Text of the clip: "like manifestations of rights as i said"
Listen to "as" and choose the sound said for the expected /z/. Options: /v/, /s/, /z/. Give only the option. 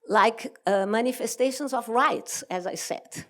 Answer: /z/